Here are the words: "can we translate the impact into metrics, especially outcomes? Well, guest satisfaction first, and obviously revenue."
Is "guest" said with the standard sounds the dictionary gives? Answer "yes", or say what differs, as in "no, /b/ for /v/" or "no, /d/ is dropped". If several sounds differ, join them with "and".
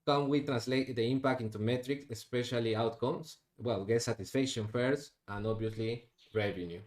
no, /s/ is dropped